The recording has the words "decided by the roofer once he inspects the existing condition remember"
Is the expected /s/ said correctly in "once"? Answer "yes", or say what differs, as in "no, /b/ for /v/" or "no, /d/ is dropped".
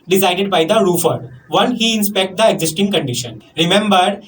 no, /s/ is dropped